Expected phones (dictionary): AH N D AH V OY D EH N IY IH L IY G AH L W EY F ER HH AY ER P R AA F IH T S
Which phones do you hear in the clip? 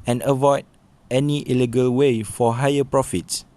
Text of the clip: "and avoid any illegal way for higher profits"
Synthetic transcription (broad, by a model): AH N AH V OY D EH N IY IH L IY G AH L W EY F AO HH AY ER P R AA F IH T S